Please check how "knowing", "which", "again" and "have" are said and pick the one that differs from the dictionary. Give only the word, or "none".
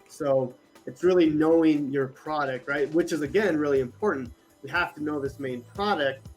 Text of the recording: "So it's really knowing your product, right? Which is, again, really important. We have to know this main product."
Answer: have